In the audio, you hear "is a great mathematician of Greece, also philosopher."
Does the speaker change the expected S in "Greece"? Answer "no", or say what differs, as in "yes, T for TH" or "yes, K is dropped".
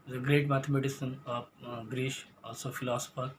yes, SH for S